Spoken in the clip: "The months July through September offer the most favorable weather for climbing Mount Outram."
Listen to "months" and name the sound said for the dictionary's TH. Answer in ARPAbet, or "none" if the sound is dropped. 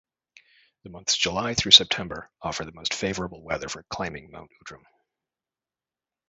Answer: TH